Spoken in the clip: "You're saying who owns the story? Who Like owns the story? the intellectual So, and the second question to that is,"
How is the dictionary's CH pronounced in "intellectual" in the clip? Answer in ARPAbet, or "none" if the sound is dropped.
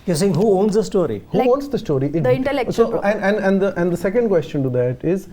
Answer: S